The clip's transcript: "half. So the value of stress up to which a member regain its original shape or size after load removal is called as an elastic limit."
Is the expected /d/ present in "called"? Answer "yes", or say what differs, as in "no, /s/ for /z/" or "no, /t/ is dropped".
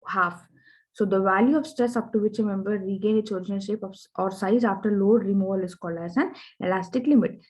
no, /d/ is dropped